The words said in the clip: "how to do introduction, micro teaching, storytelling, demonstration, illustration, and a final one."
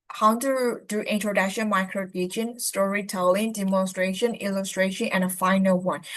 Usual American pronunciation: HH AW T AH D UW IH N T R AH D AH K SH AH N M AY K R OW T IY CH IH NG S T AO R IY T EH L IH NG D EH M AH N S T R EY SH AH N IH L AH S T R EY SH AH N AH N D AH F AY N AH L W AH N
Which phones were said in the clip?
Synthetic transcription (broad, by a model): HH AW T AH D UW IH N T R AH D AH K SH AH N M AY K R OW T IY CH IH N S T AO R IY T EH L IH NG D EH M AH N S T R EY SH AH N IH L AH S T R EY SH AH N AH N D AH F AY N AH L W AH N